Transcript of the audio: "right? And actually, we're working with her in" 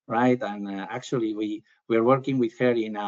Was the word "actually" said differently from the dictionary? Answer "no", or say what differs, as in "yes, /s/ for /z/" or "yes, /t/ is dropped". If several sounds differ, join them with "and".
yes, /w/ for /l/